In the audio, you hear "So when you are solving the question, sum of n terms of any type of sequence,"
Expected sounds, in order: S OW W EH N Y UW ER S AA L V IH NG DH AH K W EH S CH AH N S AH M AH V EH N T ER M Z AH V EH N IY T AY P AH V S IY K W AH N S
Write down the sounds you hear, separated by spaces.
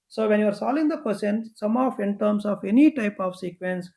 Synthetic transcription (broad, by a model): S OW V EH N Y UW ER S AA L IH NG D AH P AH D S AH N S AH M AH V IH N T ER M S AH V EH N IY T AY P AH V S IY K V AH N S